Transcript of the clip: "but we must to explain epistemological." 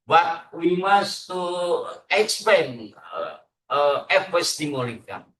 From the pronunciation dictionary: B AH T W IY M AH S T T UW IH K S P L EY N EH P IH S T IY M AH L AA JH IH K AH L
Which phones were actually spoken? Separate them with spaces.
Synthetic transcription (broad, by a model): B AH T W IY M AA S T T UW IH K S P EY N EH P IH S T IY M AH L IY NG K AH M